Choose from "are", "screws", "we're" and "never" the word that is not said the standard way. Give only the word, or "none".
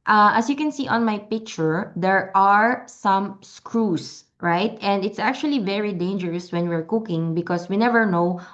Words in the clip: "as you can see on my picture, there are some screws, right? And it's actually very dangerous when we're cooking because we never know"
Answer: screws